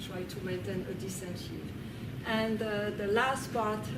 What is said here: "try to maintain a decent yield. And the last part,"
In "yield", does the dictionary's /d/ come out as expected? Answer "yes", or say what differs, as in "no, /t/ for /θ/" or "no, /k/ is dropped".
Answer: no, /d/ is dropped